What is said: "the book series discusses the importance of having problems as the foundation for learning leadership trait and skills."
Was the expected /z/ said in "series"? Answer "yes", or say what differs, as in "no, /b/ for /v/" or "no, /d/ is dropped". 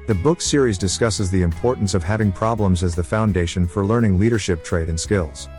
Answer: yes